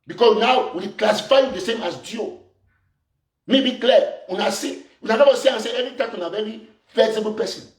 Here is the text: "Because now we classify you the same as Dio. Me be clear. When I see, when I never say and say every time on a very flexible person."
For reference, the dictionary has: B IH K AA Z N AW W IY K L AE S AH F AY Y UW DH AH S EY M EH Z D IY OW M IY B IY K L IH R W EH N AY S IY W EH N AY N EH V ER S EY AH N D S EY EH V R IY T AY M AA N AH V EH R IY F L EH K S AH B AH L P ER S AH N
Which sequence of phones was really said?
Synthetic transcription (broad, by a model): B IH K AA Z N AW W IY K L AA S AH F AY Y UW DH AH S EY M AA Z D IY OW M IY B IY K L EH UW N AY S IY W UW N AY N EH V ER S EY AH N S EY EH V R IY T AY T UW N AH V EH R IY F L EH S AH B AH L P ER S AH N